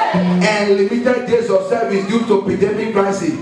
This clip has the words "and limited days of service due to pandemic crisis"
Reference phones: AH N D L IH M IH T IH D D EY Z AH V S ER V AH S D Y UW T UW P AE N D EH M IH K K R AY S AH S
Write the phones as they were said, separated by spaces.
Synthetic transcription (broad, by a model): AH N L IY M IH T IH D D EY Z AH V S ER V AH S D Y UW T UW P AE D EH M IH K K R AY S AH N